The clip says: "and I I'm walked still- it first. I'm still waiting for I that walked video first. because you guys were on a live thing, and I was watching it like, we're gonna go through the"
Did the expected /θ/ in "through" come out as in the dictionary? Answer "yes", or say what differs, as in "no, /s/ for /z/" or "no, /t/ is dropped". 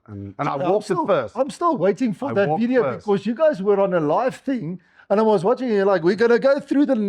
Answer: yes